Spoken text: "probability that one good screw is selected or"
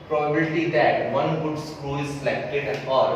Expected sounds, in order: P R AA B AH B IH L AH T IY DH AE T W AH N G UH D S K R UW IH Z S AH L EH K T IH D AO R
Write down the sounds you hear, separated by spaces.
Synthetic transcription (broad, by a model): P R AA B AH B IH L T IY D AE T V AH N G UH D S K R UW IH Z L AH IH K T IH AO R